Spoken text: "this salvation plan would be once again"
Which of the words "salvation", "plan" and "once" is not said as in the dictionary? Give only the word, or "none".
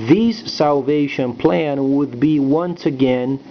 none